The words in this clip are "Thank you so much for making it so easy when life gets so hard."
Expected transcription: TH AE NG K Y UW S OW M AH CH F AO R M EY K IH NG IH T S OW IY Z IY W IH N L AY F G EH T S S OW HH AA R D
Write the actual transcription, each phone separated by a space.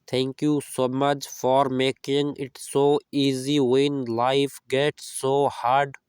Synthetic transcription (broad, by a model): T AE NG K Y UW S OW M AH CH F AO R M EY K IH NG IH T S OW IY Z IY W IH N L AY F G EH T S S OW HH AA R D